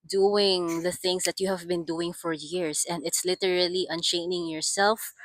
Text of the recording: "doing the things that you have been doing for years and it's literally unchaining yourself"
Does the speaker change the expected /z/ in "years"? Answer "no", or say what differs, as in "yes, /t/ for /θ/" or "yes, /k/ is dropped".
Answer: yes, /s/ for /z/